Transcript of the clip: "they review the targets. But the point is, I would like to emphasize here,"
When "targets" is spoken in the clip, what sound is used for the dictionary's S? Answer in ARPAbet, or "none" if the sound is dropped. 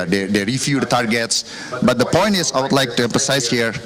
S